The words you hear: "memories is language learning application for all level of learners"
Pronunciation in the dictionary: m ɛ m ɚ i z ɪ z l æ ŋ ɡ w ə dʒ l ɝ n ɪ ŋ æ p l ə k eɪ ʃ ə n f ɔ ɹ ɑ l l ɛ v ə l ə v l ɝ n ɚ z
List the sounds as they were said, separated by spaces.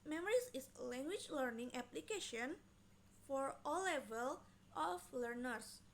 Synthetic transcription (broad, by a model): m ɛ m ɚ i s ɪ s l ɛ ŋ ɡ w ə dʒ l ɝ n ɪ ŋ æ p l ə k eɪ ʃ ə n f ɔ ɹ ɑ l l ɛ v ə l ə f l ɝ n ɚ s